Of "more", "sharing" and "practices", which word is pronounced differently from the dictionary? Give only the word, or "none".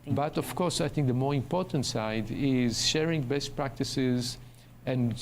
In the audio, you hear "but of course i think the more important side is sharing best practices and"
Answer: none